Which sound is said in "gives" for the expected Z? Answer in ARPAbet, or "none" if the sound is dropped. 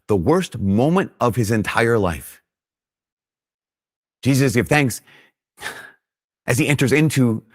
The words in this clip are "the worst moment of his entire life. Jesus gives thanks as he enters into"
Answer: none